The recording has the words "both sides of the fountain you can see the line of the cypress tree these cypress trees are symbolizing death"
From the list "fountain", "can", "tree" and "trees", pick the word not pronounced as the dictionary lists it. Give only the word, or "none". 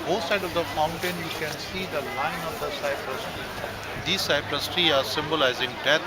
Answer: trees